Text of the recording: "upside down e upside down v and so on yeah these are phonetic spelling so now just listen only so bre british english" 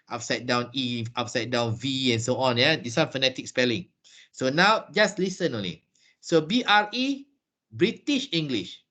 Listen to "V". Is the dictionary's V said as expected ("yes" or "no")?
yes